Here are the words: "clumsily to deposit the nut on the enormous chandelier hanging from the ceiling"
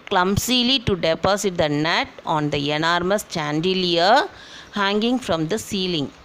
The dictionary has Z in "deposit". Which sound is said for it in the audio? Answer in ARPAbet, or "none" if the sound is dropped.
S